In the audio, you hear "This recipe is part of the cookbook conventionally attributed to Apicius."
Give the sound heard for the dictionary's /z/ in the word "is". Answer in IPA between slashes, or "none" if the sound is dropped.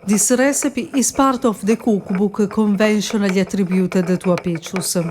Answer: /s/